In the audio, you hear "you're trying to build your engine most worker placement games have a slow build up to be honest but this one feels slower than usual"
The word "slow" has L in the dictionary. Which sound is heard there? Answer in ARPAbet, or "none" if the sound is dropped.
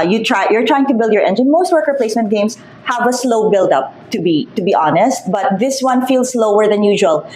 L